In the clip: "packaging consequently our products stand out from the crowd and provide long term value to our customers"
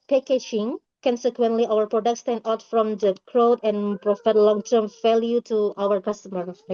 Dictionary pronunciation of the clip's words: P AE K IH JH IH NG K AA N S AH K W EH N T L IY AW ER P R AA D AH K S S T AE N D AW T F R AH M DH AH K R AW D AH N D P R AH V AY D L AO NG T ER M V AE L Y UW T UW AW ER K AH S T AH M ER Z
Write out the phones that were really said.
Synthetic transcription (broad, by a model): P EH K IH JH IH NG K AA N S AH K W EH N T L IY AW ER P R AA D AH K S S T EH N AW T F R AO M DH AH K R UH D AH N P R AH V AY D L AO NG T ER M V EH L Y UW T UW AW ER K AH S T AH M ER